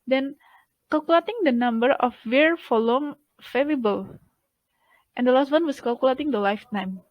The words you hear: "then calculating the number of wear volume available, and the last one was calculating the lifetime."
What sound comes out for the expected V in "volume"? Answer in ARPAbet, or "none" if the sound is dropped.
F